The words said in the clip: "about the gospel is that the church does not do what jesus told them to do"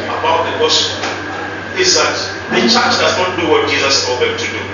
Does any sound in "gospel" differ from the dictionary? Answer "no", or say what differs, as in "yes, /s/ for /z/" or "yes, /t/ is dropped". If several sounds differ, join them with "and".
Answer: yes, /p/ is dropped and /n/ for /l/